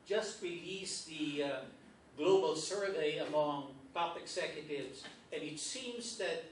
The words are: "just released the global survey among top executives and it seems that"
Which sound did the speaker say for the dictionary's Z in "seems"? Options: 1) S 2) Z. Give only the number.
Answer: 2